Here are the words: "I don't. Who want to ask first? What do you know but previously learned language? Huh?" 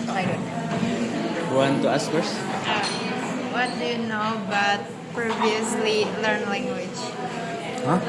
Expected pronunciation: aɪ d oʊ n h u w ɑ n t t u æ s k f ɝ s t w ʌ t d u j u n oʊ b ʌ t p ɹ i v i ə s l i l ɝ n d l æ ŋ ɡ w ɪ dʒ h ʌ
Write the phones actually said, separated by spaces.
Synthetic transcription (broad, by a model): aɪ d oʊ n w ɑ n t t u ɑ s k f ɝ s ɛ w ʌ t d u j u n oʊ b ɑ t p ɹ i v i ə s l i l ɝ n l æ ŋ ɡ w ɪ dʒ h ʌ